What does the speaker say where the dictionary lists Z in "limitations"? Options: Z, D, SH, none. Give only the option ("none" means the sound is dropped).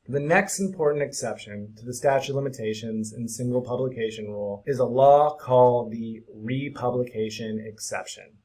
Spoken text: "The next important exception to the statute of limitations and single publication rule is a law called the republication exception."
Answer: Z